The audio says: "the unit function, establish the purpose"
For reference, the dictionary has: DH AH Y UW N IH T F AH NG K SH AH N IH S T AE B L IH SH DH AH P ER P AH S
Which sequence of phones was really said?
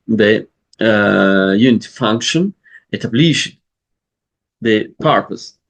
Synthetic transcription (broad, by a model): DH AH Y UW N IH T F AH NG K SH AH N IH T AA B L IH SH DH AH P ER P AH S